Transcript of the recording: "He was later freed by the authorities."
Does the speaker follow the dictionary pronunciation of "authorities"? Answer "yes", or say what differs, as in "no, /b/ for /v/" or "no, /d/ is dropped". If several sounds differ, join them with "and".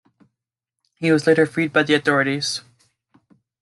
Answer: yes